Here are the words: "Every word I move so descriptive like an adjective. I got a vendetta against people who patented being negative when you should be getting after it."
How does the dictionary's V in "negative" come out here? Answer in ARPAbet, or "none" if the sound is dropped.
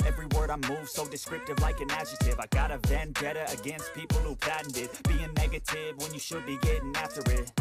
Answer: V